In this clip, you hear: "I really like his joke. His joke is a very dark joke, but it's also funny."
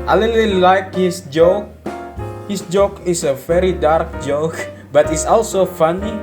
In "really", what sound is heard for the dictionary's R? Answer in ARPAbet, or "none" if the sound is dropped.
L